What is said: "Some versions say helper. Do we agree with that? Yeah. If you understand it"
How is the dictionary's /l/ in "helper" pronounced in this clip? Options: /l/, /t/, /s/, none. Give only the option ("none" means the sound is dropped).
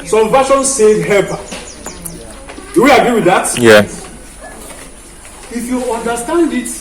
none